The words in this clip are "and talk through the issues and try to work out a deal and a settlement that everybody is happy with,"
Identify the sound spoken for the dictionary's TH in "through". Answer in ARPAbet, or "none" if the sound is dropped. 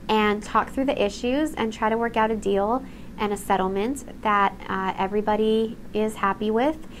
TH